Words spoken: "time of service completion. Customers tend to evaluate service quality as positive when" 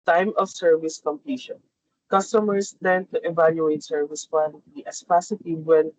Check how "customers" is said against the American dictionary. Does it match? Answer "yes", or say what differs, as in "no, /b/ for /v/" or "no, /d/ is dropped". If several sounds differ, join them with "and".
no, /s/ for /z/